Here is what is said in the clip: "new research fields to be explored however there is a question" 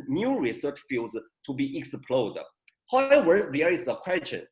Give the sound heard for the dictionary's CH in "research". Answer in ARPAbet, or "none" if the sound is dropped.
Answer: CH